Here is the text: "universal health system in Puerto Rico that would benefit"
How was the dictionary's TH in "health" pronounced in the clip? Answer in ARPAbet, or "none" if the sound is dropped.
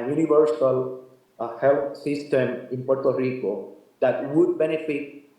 T